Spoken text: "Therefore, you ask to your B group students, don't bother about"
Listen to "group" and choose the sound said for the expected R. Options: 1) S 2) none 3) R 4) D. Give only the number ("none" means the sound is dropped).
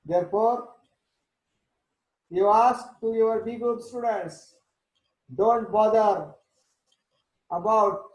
2